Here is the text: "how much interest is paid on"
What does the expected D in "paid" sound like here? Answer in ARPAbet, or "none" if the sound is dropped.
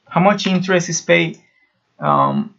none